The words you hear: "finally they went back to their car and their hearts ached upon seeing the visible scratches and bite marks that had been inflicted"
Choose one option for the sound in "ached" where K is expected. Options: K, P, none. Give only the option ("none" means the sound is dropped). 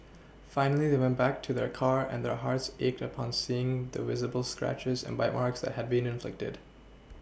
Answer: K